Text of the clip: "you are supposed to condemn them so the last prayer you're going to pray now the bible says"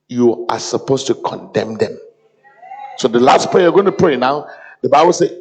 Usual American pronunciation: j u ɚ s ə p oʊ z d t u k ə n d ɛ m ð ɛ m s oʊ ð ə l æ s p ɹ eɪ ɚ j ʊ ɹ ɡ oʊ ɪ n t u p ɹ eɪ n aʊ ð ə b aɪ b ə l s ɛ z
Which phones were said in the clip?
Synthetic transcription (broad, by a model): j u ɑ s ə p oʊ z t u k ə n d ɛ m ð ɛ m s oʊ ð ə l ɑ s p eɪ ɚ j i ɡ oʊ ɪ n t u p ɹ eɪ n aʊ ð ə b aɪ b ə l s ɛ